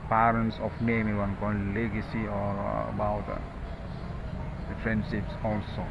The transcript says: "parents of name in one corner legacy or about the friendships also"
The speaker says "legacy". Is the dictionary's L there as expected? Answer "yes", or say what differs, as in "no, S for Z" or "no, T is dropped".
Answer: yes